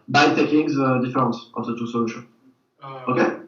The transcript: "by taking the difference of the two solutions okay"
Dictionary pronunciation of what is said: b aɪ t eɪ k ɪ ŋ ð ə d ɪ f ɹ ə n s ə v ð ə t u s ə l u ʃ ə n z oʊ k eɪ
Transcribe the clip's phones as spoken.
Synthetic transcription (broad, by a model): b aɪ t eɪ k ɪ ŋ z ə d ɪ f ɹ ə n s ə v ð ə t u s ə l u ʃ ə n oʊ k eɪ